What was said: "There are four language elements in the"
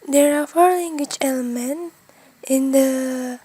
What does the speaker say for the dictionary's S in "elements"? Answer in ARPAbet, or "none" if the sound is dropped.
none